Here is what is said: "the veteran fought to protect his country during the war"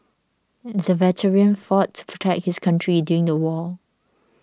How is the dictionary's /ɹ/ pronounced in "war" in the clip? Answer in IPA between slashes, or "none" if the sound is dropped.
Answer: /l/